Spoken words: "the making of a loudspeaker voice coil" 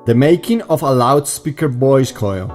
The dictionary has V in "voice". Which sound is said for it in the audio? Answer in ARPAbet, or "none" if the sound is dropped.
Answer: B